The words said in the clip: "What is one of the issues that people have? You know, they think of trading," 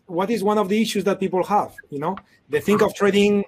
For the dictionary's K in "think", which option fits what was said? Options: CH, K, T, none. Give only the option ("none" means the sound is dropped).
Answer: K